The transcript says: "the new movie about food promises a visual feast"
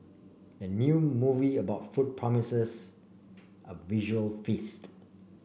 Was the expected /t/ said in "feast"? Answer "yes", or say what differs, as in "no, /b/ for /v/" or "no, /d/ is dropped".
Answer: yes